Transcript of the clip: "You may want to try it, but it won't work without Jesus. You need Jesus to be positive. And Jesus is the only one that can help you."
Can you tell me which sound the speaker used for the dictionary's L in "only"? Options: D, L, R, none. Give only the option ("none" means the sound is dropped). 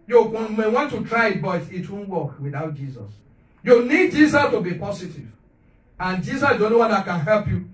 none